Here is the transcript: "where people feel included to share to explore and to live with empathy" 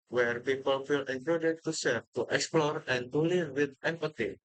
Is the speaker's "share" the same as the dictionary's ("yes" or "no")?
no